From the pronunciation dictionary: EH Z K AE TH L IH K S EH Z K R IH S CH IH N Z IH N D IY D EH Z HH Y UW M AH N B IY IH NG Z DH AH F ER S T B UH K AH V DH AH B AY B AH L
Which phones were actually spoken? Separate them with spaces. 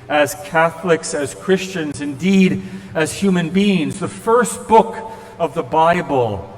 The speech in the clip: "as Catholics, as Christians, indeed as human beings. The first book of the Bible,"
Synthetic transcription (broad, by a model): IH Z K AE TH L IH K S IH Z K R IH S CH IH N Z IH N D IY D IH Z HH Y UW M AH N B IY IH NG Z DH AH F ER S T B UH K AH V DH AH B AY B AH L